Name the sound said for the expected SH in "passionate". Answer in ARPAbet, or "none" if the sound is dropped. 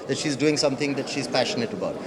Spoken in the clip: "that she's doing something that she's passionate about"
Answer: SH